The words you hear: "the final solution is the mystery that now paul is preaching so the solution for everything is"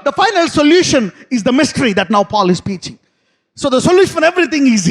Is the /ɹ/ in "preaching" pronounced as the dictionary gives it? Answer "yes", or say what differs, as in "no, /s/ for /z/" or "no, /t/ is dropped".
no, /ɹ/ is dropped